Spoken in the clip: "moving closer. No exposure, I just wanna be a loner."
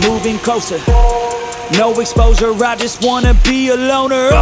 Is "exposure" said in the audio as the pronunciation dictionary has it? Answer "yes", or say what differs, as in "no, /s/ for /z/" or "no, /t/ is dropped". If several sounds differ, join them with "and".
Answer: no, /z/ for /ʒ/